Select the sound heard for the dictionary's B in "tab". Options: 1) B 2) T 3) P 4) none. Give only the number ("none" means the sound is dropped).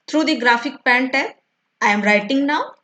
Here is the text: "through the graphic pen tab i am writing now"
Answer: 4